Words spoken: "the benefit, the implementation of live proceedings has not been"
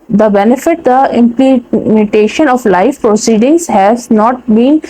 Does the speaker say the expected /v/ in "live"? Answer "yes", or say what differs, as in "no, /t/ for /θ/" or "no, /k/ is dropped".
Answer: no, /f/ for /v/